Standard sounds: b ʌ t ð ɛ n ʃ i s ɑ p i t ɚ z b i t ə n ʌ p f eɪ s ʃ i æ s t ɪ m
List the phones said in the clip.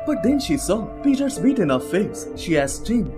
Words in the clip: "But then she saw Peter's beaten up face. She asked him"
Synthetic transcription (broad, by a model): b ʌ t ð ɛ n ʃ i s ɑ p i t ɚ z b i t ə n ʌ f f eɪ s ʃ i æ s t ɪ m